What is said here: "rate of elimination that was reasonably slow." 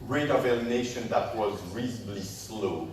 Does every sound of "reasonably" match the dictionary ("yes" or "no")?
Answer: no